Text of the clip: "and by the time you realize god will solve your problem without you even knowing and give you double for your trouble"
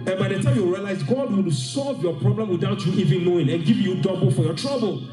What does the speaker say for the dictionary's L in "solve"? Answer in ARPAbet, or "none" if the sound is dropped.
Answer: L